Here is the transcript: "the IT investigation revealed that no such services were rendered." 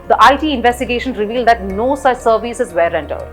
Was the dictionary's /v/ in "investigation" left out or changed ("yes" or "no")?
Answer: no